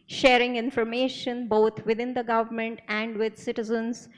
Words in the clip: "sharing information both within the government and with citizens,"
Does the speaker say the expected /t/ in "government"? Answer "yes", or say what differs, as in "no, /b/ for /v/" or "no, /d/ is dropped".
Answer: yes